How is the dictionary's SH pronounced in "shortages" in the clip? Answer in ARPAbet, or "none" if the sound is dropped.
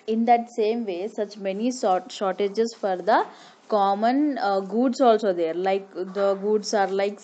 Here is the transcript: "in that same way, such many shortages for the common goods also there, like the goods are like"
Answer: S